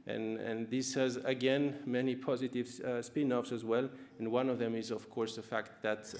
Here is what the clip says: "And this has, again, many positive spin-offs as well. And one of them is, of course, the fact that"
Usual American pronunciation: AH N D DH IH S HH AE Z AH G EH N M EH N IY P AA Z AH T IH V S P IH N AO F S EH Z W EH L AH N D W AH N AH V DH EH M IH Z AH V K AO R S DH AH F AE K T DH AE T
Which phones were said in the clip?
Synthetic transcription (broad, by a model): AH N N DH IH S HH AE Z AH G EH N M EH N IY P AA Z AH T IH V S P IH N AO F S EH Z W EH L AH N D W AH N AH V DH EH M IH Z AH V K AO R S DH AH F AE K T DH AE T